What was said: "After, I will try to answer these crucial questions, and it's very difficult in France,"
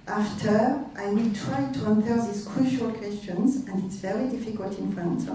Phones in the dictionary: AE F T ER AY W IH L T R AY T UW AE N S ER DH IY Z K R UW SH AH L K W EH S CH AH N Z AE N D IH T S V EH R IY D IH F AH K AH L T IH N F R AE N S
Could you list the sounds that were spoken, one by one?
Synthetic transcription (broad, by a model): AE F T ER AY W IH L T R AY T UW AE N TH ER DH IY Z K R UW SH AH L K W EH S CH AH N Z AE N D IH T S V EH R IY D IH F AH K AH L T IH N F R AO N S